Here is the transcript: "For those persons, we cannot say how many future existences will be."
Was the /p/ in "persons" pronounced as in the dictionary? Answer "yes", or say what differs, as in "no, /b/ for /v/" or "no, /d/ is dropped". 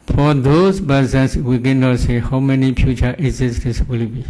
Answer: no, /b/ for /p/